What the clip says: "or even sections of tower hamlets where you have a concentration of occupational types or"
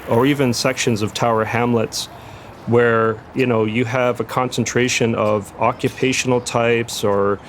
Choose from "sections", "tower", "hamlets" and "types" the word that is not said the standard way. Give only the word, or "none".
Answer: none